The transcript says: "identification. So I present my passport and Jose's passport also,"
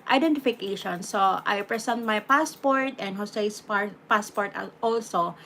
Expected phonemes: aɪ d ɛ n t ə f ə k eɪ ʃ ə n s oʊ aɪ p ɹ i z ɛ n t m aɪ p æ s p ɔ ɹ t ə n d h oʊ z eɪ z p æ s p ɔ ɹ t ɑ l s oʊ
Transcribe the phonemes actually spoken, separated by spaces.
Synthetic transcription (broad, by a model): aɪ d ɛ n t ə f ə k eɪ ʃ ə n s oʊ aɪ p ɹ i s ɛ n t m aɪ p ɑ s p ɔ ɹ t ə n d h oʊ s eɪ s p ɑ s p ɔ ɹ t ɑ l s oʊ